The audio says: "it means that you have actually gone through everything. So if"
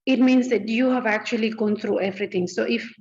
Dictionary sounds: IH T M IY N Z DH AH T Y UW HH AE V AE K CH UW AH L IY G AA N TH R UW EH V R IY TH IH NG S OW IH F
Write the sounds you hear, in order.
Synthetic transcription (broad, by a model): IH T M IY N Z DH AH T Y UW HH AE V AE K CH UW AH L IY G AA N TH R UW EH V R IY T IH NG S OW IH F